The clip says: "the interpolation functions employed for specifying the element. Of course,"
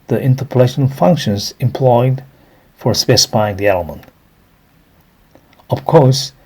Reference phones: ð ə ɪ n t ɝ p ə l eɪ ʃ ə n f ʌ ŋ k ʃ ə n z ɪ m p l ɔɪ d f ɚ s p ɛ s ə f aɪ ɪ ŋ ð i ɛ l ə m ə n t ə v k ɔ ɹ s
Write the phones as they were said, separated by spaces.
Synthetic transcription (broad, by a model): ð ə ɪ n t ɝ p ə l eɪ ʃ ə n f ʌ ŋ k ʃ ə n z ɪ m p l ɔɪ d f ɚ s p ɛ s ə f aɪ ɪ ŋ ð i ɛ l ə m ə n t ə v k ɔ ɹ s